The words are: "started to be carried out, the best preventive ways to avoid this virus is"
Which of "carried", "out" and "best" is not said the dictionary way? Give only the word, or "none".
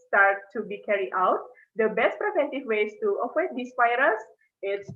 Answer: carried